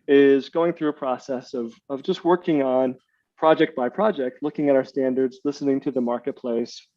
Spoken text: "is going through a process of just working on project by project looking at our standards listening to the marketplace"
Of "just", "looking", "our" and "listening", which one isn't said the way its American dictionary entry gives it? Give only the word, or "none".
none